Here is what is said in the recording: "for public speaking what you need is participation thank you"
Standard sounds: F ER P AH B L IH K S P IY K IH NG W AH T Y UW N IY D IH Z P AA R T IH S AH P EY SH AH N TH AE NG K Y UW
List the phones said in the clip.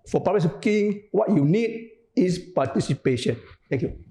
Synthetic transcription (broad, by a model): F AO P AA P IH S IY K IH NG W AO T Y UW N IY D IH S P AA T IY S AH P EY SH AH N T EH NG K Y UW